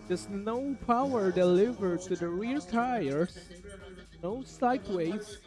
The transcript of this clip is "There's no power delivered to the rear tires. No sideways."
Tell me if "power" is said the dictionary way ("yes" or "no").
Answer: yes